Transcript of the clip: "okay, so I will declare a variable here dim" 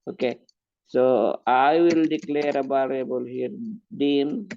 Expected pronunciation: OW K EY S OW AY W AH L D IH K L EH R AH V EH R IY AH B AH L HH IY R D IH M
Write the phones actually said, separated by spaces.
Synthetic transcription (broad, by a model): OW K EY S OW AY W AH L D IH K L EH R AH B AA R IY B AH L HH IY R D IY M